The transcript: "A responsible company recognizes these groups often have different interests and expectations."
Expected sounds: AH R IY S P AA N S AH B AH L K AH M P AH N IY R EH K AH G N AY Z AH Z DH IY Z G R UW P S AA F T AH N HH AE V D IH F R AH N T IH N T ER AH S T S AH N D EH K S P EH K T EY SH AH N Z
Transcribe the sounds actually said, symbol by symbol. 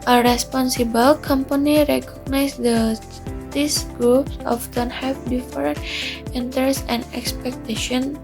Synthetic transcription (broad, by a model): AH R IY S P AA N S AH B AH L K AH M P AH N IY R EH K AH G N AY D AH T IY S G R UW P S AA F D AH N HH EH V D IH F R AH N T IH N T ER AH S S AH N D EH K S P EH K T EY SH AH N